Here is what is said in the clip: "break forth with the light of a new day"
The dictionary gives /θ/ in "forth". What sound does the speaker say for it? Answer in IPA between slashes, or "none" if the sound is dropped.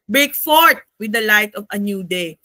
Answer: /t/